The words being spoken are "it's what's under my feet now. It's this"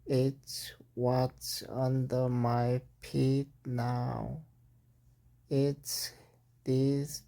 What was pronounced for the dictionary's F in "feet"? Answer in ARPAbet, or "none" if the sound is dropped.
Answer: P